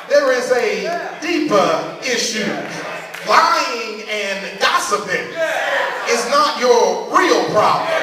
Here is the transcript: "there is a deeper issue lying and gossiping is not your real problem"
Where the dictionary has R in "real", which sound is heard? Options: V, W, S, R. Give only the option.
R